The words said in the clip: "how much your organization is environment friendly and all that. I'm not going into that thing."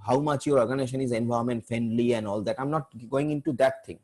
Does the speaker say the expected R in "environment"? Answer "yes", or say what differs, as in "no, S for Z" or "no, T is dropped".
no, R is dropped